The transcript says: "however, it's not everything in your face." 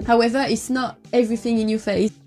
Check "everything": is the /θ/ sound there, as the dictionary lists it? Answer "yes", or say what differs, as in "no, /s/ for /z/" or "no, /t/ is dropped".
yes